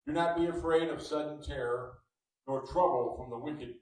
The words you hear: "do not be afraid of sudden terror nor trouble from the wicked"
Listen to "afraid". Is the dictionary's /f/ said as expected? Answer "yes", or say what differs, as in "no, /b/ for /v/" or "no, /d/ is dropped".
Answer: yes